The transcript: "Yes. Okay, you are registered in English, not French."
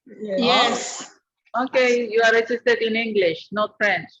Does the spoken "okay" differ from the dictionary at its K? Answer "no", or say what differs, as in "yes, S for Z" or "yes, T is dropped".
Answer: no